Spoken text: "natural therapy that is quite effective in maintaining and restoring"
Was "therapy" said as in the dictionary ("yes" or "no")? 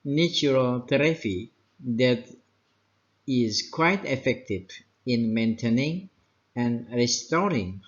no